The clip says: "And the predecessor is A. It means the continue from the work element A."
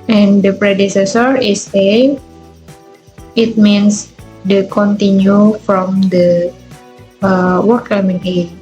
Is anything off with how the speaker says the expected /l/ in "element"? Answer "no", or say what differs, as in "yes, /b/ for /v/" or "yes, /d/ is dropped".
yes, /l/ is dropped